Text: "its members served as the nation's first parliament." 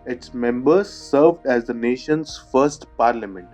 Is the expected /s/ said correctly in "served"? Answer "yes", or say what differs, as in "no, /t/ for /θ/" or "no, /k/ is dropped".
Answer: yes